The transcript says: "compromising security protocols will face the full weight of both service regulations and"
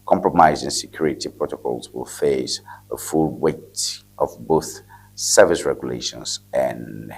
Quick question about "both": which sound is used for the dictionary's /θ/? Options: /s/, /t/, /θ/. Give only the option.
/θ/